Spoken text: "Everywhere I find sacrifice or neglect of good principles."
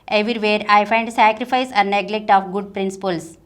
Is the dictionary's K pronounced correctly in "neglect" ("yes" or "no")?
yes